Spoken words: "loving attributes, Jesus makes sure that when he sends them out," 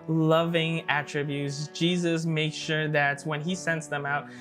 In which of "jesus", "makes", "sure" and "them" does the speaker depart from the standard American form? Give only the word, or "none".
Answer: makes